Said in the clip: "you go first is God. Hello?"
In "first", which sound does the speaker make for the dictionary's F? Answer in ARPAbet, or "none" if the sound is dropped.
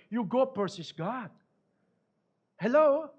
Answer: P